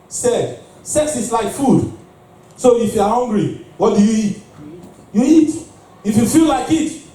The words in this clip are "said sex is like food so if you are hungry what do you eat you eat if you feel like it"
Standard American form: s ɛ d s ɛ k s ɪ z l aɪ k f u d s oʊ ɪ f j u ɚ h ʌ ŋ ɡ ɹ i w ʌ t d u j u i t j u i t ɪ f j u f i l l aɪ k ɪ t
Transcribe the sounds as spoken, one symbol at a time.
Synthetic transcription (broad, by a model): s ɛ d s ɛ k s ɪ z l aɪ k f u d s oʊ ɪ f j u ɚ h ʌ ŋ ɡ ɹ i w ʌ t d u j u i t j u i t ɪ f j u f i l l aɪ k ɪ t